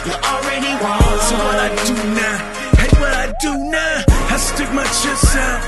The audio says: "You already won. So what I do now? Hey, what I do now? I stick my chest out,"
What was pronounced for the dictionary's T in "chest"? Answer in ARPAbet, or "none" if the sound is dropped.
none